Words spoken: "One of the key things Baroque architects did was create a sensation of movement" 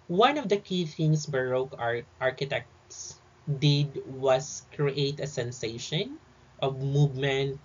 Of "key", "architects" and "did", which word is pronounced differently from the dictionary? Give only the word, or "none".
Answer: none